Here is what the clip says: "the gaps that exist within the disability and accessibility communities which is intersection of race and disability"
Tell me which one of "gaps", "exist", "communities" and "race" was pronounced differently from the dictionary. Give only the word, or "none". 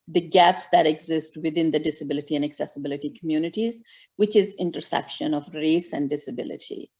none